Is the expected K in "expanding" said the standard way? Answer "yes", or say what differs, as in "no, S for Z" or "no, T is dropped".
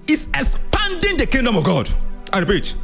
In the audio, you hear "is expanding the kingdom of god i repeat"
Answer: no, K is dropped